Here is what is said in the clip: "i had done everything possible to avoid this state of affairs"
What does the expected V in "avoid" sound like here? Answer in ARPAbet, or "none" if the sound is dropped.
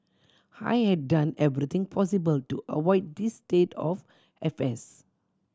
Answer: W